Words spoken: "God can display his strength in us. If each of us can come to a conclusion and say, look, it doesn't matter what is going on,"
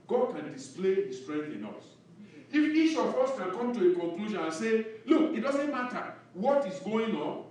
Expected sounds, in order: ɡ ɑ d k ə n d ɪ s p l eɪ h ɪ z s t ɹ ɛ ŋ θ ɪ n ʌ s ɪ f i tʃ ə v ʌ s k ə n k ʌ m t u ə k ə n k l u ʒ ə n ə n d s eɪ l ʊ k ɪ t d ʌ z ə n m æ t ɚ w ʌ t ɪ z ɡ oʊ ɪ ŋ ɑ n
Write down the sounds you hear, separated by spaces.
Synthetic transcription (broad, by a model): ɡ ɑ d k ə n d ɪ s p l eɪ h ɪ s t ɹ ɛ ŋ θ ɪ n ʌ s ɪ f i tʃ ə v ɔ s k ə n k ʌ m t u ə k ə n k l u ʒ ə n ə n s eɪ l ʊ k ɪ t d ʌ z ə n m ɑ t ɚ w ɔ t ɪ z ɡ oʊ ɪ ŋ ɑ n